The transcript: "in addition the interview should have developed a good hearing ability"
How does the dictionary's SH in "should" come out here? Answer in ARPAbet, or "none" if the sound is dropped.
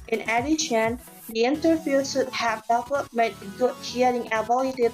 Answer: S